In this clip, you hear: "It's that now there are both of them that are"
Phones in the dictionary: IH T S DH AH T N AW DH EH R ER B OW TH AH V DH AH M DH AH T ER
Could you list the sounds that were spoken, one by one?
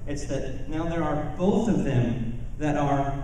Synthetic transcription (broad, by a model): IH T S DH AH T N AW DH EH R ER B OW TH AH V DH AH M DH AH T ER